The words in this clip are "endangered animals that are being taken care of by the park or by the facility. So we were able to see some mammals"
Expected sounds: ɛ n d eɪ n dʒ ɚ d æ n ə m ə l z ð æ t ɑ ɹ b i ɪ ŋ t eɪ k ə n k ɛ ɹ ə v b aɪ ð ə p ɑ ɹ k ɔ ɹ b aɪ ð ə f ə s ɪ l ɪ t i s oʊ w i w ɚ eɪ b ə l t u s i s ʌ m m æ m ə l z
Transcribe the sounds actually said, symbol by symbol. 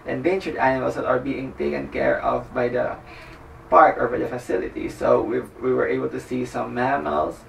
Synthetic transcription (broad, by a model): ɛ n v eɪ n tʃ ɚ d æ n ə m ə l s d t ɑ ɹ b i ɪ ŋ t eɪ k ə n k ɛ ɹ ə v b aɪ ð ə p ɑ ɹ k ɔ ɹ b aɪ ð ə f ə s ɪ l ɪ t i s oʊ w i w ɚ eɪ b ə l t u s i s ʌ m m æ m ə l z